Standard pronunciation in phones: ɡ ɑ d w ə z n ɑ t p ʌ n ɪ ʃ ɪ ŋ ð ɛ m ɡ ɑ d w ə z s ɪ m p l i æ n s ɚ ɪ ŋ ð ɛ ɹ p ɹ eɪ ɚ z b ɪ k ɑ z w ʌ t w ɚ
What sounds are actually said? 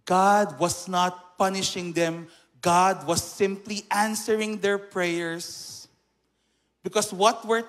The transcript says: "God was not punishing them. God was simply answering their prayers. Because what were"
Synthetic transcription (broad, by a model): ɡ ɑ d w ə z n ɑ t p ʌ n ɪ ʃ ɪ ŋ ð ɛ m ɡ ɑ d w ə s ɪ m p l i æ n s ɚ ɪ ŋ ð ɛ ɹ p ɹ eɪ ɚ s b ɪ k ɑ s w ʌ t w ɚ